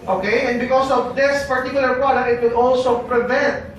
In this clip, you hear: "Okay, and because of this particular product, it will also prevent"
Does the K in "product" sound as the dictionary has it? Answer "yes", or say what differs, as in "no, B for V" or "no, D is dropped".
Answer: no, K is dropped